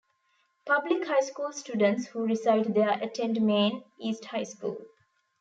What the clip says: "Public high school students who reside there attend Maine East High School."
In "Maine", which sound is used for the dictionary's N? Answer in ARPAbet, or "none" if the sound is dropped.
N